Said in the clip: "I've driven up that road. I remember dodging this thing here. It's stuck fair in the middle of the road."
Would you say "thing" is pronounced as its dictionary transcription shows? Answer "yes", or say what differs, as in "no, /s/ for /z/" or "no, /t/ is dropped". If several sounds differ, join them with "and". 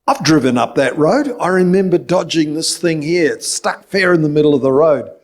yes